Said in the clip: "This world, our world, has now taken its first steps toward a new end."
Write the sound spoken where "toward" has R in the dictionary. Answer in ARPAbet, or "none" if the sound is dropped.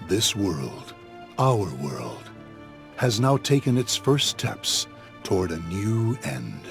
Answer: R